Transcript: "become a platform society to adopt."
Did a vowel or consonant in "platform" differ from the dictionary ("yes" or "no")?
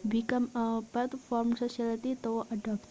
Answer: yes